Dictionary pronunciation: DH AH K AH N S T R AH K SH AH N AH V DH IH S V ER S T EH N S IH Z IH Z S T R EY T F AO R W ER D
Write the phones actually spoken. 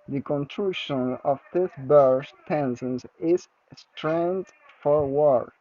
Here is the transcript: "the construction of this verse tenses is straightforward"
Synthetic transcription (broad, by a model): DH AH K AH N T R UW SH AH N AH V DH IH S B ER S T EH N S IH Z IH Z S T R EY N F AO R W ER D